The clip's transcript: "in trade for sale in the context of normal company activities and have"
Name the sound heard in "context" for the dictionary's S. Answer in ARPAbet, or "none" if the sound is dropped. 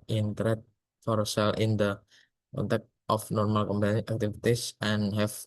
none